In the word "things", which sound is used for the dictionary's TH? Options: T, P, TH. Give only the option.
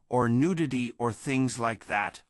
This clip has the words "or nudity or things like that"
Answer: TH